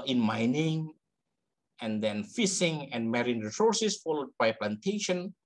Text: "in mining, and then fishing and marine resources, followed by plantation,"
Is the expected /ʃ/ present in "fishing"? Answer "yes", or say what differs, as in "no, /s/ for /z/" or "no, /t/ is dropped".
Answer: no, /s/ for /ʃ/